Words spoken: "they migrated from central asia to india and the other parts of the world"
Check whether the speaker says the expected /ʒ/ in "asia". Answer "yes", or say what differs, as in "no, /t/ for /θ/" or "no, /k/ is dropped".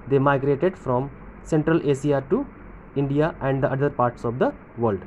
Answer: no, /s/ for /ʒ/